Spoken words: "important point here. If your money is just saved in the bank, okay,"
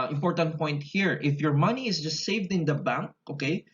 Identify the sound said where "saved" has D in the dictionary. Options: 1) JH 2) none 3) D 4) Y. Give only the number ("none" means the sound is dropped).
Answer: 3